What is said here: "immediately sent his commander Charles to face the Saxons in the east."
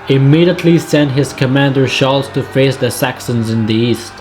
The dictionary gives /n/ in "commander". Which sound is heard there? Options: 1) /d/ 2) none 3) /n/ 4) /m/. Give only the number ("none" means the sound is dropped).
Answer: 3